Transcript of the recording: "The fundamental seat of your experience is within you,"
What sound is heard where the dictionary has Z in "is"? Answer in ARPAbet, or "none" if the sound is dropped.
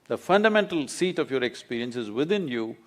Z